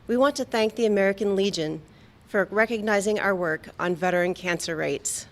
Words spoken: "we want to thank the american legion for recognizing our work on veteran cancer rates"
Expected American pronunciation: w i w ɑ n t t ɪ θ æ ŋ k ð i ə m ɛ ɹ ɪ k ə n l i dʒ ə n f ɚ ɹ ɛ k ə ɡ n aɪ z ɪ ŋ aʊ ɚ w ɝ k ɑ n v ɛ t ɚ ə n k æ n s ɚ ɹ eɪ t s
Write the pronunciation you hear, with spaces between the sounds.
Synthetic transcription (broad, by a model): w i w ɑ n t t ɪ θ æ ŋ k ð i ə m ɛ ɹ ɪ k ə n l i dʒ ə n f ɚ ɹ ɛ k ə ɡ n aɪ z ɪ ŋ aʊ ɚ w ɝ k n v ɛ t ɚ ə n k æ n s ɚ ɹ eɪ t s